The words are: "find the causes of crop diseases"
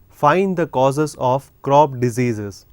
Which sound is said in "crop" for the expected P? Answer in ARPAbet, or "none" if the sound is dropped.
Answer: B